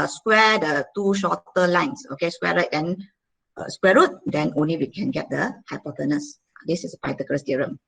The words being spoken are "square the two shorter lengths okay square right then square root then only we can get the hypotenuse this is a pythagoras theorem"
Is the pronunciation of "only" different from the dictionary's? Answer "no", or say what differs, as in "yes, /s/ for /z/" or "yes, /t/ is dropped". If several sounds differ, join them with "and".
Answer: no